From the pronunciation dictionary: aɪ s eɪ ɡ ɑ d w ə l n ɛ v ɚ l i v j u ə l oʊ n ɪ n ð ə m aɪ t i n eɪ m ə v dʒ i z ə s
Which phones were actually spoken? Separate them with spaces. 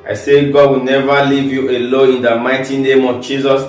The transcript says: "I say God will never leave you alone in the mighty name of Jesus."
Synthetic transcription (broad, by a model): aɪ s eɪ ɡ ɑ d w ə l n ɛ v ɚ l i v j u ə l oʊ ɪ n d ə m aɪ t i n eɪ m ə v dʒ i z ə s